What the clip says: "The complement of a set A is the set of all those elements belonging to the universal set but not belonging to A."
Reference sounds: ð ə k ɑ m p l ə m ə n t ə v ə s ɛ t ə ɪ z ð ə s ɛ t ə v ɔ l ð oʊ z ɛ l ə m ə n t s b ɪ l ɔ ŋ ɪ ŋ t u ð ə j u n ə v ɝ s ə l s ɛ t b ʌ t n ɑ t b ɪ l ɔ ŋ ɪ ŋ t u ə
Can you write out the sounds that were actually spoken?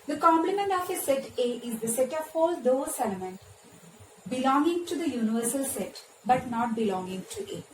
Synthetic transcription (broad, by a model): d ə k ɑ m p l ə m ə n t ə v ə s ɛ t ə ɪ z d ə s ɛ t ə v ɔ l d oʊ s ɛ l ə m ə n t b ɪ l ɔ ŋ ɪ ŋ t u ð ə j u n ə v ɝ s ə l s ɛ t b ʌ t n ɑ t b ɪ l ɔ ŋ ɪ ŋ t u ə